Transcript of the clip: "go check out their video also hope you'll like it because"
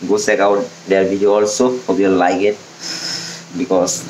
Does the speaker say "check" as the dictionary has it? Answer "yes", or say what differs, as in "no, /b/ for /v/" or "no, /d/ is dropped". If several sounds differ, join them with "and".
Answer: no, /s/ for /tʃ/